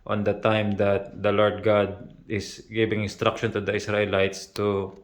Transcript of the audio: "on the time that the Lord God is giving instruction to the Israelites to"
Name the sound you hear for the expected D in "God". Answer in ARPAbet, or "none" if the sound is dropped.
D